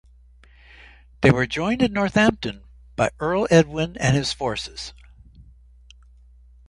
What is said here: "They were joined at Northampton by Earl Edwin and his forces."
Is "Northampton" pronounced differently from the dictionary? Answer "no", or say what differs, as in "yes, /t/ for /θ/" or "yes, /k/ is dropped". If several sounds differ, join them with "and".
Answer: no